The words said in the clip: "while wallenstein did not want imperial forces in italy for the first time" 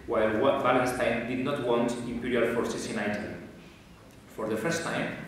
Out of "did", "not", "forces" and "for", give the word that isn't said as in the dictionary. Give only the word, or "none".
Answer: forces